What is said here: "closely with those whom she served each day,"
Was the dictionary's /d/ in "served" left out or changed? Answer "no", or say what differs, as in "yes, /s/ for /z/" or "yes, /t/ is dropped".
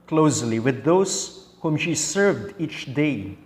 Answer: no